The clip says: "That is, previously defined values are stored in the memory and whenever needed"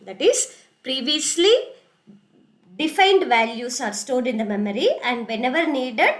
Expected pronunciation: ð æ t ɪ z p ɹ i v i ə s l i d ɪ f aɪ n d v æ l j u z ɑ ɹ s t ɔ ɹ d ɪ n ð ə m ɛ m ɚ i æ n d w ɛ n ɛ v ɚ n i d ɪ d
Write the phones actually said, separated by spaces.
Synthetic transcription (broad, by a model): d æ t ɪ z p ɹ i v i ə s l i d ɪ f aɪ n d v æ l j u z ɑ ɹ s t ɔ l d ɪ n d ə m ɛ m ɚ i æ n d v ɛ n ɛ v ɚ n i d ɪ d